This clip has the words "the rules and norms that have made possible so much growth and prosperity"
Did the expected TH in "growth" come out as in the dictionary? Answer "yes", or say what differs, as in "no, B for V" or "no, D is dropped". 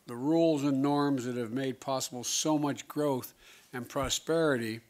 yes